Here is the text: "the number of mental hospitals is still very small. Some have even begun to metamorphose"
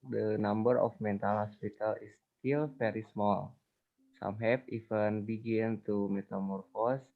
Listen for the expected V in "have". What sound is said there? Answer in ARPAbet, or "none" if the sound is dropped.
P